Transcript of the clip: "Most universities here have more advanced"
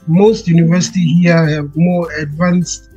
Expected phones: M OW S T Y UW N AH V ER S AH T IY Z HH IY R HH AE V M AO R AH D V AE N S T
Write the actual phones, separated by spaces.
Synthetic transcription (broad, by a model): M OW S T Y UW N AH V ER S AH T IY HH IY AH HH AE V M AO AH D V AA N S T